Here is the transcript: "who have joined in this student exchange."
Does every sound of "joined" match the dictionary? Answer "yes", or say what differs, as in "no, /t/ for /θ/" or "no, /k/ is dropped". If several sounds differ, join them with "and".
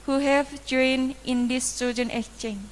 no, /d/ is dropped